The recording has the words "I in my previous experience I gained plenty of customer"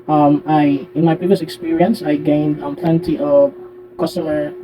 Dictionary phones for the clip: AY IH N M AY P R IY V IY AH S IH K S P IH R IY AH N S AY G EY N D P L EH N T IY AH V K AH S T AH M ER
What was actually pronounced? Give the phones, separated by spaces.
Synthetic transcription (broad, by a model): AY IH N M AY P R IY V IY AH S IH K S P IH R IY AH N S AY G EY N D P L EH N T IY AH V K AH S T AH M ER